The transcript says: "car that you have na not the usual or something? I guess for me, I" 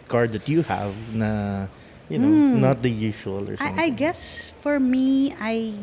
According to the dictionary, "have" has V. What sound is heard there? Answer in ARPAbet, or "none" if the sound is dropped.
V